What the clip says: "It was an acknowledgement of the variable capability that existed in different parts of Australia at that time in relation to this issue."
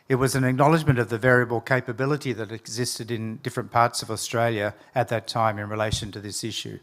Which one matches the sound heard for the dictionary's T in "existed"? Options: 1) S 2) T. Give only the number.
2